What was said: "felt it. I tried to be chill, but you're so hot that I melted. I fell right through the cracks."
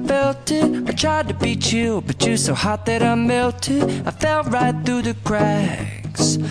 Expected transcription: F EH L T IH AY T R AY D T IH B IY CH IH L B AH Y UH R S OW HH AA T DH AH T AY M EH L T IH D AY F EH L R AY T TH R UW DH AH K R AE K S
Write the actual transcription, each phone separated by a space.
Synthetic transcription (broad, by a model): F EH L T IH AY T R AY D T IH B IY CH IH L B AH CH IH S OW HH AA T DH AH T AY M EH L T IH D AY F EH L R AY T TH R UW DH AH K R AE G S